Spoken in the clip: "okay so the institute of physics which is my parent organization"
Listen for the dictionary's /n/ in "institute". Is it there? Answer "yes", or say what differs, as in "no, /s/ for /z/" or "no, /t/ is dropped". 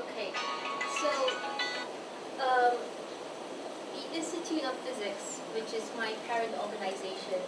no, /n/ is dropped